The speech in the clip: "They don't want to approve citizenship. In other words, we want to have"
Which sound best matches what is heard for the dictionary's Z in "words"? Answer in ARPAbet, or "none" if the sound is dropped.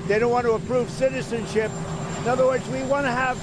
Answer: Z